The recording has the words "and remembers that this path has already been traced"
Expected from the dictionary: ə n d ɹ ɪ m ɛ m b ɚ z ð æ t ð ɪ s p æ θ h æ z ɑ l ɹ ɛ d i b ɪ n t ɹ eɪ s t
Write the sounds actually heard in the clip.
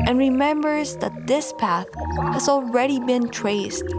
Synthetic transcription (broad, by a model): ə n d ɹ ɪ m ɛ m b ɚ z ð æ t ð ɪ s p æ θ h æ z ɑ l ɹ ɛ d i b ɪ n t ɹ eɪ s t